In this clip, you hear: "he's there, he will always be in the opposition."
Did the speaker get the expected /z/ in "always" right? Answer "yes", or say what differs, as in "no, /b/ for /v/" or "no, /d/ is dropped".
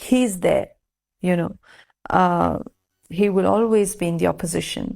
yes